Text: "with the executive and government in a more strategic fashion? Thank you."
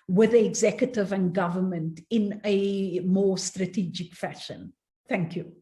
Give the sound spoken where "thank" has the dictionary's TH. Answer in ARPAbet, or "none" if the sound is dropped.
TH